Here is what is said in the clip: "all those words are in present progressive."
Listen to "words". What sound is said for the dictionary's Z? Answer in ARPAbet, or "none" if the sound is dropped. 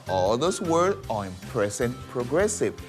none